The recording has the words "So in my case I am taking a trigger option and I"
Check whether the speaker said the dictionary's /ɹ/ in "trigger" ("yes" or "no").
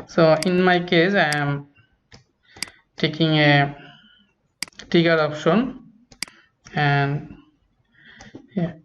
no